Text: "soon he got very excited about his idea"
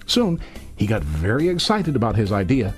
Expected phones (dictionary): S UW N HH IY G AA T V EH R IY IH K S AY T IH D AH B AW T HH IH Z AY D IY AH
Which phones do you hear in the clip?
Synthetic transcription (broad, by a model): S UW N HH IY G AA T V EH R IY IH K S AY T IH D AH B AW T HH IH Z AY D IY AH